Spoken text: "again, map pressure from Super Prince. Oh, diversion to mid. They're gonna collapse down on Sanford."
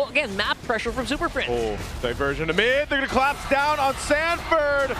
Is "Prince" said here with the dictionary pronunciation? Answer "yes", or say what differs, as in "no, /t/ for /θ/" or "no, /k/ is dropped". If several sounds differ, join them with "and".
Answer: no, /f/ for /p/ and /s/ is dropped